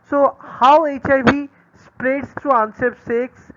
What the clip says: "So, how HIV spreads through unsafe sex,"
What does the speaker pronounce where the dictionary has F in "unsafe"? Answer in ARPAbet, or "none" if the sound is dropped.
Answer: P